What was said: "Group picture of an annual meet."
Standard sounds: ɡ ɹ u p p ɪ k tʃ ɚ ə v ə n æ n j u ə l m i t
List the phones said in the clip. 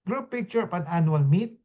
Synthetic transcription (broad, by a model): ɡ ɹ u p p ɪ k tʃ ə p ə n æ n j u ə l m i t